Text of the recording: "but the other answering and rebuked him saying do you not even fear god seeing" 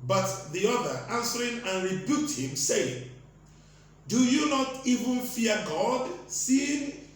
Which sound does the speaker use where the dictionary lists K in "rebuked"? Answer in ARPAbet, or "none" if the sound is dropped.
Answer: none